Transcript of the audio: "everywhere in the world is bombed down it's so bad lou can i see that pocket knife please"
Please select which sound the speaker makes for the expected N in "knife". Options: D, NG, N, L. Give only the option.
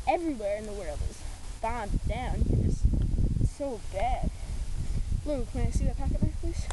L